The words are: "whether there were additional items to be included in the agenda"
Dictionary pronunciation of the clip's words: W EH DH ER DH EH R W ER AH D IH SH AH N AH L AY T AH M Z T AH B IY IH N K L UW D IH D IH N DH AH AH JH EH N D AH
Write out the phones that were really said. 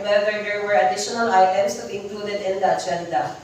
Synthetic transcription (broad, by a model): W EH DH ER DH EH R W ER AH D IH SH AH N AH L AY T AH M S T AH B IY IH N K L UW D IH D IH N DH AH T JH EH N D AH